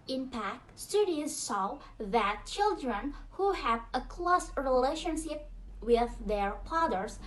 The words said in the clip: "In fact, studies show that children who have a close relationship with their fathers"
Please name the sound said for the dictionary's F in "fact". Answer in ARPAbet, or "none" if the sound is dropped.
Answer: P